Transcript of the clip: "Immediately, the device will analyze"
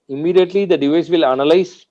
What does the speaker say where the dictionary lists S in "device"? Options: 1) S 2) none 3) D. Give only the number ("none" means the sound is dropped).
1